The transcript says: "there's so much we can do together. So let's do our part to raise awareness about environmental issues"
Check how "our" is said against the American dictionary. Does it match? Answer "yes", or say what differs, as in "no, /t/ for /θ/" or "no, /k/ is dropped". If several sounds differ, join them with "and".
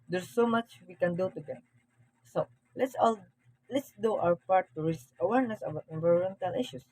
no, /w/ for /ɹ/